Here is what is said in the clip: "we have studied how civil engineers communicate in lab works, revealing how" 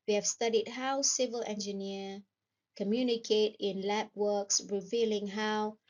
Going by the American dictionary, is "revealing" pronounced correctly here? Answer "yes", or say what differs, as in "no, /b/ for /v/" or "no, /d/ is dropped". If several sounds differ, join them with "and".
yes